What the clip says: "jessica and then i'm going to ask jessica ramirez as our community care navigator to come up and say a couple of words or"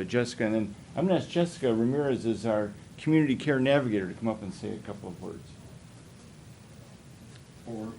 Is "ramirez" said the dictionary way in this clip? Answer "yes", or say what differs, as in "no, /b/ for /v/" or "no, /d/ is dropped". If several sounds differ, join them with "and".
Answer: yes